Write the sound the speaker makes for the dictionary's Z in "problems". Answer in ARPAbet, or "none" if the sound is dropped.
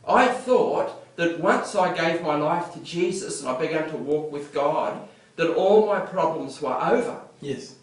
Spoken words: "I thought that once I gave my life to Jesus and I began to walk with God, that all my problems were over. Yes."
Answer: Z